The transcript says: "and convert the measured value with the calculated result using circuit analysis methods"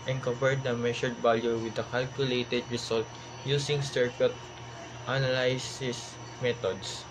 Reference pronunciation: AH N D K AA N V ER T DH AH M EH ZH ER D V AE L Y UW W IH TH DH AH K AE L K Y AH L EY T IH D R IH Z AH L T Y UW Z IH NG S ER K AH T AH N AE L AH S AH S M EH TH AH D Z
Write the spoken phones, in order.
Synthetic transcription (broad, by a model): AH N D K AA V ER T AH M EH SH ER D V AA L Y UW W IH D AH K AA L K Y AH L EY T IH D R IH S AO L T Y UW S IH NG S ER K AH T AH N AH L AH S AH S M EH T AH D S